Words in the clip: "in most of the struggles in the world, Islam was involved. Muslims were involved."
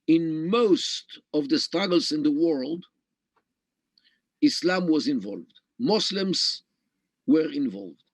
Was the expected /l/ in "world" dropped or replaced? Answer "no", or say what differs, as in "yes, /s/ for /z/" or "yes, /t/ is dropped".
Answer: no